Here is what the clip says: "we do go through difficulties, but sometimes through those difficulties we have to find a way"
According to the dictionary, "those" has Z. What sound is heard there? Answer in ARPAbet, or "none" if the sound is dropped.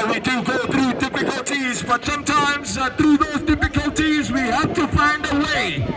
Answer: Z